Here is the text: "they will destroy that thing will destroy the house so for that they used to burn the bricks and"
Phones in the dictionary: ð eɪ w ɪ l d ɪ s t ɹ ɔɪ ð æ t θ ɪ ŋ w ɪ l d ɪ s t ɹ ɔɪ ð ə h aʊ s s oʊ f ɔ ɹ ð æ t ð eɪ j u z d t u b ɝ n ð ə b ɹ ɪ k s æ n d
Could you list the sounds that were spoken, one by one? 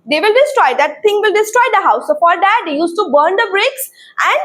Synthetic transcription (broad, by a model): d eɪ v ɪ l d ɪ s t ɹ ɔɪ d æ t t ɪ ŋ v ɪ l d ɪ s t ɹ ɔɪ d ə h aʊ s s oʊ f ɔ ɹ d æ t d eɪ j u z t u b ɝ n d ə b ɹ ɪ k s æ n d